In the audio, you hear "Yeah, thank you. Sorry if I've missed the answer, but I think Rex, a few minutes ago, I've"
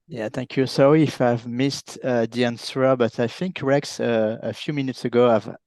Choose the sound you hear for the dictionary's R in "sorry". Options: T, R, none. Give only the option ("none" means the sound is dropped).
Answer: none